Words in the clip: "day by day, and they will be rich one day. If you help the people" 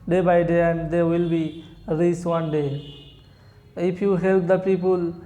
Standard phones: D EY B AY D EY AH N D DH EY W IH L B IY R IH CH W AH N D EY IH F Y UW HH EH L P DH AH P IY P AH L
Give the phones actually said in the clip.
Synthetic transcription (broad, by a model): D EY B AY D EY AH N D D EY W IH L B IY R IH S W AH N D EY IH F Y UW HH EH L P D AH P IY P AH L